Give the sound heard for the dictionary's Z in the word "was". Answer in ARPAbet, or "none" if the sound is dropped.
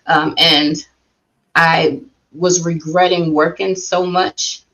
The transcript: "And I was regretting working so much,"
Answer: Z